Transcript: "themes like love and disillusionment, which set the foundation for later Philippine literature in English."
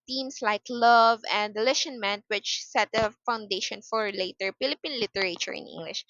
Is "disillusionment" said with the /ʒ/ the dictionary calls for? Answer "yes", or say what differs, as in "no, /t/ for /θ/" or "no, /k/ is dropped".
no, /ʃ/ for /ʒ/